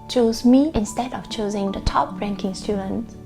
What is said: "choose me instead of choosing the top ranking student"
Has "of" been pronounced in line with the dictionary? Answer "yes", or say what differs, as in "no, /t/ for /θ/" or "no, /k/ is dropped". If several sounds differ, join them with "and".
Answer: no, /f/ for /v/